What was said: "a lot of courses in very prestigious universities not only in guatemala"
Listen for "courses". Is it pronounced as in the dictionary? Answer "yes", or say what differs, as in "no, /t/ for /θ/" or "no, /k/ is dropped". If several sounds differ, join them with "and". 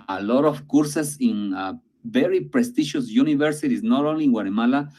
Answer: no, /s/ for /z/